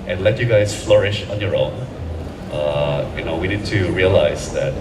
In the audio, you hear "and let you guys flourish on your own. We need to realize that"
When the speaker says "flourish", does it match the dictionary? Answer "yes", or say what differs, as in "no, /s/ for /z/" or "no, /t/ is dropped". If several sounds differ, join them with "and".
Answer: yes